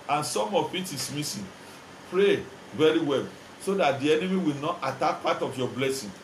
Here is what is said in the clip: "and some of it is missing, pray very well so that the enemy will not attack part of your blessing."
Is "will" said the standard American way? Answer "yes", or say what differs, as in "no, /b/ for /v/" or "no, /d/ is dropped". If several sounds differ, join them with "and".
yes